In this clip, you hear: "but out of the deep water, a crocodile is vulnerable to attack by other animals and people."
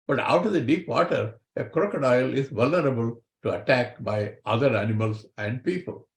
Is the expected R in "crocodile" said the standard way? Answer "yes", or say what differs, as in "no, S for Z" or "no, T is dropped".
yes